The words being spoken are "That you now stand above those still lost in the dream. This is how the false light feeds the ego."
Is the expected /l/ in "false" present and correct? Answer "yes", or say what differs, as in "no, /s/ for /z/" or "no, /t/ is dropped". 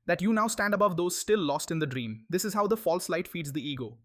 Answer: yes